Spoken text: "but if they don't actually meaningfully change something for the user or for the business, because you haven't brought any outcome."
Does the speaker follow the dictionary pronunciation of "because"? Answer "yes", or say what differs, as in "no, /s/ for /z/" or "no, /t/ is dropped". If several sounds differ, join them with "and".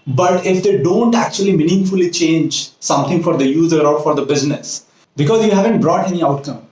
yes